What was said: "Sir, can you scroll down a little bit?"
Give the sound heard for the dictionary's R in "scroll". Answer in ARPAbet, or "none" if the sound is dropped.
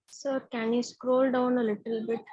R